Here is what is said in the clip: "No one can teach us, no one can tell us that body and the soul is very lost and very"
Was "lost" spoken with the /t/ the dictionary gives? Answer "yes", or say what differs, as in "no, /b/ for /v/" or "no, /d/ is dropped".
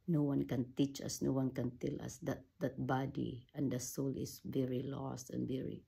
yes